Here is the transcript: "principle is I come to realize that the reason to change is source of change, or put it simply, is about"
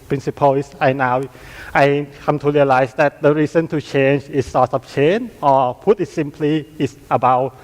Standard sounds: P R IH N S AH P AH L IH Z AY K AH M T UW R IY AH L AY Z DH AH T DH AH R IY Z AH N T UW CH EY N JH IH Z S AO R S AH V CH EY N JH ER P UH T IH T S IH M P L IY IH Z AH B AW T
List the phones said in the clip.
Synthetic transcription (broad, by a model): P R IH N S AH P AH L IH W AY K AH M T UW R IY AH L AY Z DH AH T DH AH R IY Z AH N T UW CH EY N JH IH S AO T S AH P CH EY N ER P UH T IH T S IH M P L IY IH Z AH B AW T